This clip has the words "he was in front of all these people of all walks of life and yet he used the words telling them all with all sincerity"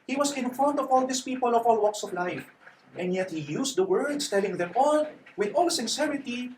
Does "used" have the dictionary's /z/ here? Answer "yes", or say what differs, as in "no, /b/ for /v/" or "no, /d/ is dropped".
no, /s/ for /z/